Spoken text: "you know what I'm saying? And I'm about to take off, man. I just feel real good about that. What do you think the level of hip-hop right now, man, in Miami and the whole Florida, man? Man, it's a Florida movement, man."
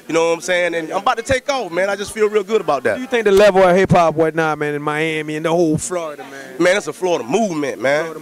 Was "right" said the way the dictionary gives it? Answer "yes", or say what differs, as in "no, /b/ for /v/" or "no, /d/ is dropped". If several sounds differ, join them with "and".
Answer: no, /w/ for /ɹ/